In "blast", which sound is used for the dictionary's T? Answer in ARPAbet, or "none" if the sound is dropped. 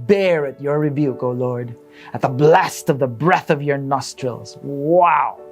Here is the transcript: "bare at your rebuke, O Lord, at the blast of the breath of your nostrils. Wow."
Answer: T